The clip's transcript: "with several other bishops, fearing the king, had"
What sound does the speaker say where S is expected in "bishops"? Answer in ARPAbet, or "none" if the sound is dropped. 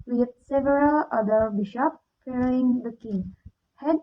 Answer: none